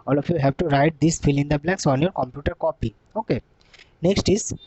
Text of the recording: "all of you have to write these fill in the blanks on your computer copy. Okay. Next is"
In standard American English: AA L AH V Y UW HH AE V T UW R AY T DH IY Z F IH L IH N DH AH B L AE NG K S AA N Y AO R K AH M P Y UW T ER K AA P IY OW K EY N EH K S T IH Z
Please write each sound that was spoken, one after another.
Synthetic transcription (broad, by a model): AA L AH F Y UW HH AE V T UW R AY T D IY S F IH L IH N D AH B L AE K S AA N Y AO R K AH M P Y UW T ER K AA P IY OW K EY N EH K S T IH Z